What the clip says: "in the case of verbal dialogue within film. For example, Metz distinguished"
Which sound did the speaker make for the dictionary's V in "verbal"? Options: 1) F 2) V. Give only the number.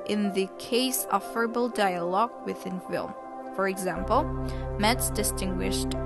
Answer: 1